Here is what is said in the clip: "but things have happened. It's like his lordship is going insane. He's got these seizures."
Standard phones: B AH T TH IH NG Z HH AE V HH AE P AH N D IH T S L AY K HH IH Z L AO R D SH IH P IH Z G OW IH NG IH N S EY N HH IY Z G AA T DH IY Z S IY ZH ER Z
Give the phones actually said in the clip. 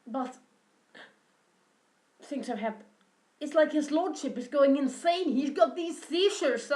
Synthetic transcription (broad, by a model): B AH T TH IH NG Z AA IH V HH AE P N IH T S L AY K HH IH Z L AO R D SH IH P IH Z G OW IH NG IH N S EY N HH IY Z G AA T DH IY Z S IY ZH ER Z